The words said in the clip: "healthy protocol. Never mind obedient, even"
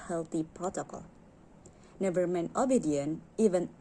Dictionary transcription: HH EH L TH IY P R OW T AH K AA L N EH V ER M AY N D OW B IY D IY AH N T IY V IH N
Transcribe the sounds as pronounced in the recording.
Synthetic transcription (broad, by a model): HH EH L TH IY P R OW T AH K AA L N EH V ER M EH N OW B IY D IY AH N IY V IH N